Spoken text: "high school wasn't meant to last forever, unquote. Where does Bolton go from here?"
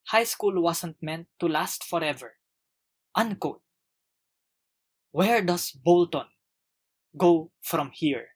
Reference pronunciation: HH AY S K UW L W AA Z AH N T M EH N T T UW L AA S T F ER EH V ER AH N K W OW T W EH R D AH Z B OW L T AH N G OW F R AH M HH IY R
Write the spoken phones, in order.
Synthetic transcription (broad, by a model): HH AY S K UW L W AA S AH N T M EH N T T UW L AA S T F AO EH V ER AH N K OW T W EH R D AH S B OW L T AH N G OW F R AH M HH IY R